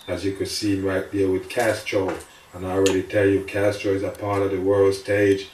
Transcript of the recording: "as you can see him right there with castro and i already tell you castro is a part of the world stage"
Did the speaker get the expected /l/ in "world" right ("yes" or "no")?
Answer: yes